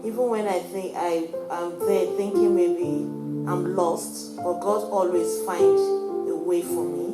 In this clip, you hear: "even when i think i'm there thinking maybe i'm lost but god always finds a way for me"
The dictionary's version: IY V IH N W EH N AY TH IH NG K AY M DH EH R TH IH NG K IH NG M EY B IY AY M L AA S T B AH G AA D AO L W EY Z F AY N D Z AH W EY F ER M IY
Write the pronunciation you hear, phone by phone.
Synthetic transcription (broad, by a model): IY V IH N W EH N AY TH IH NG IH AY M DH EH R TH IH NG K IH NG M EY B IY AY M L AA S T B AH G AA D AO L W EY Z F AY N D AH W EY F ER M IY